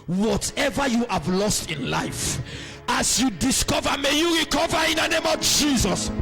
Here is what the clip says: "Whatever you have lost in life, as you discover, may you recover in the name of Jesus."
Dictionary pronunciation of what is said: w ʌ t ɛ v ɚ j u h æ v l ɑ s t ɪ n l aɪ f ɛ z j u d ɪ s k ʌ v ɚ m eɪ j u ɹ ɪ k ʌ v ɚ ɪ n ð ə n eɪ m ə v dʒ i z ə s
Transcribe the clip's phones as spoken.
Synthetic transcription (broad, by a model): w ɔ t ɛ v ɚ j u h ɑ v l ɑ s t ɪ n l aɪ f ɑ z j u d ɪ s k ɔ v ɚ m eɪ j u ɹ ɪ k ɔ v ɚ ɪ n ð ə n eɪ m ə v dʒ i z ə s